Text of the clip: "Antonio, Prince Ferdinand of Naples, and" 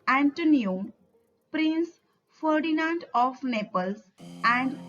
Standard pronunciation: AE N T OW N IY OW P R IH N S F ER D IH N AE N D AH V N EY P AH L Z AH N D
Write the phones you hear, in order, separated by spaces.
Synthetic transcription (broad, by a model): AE N T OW N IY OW P R IH N S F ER D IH N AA N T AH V N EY P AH L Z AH N D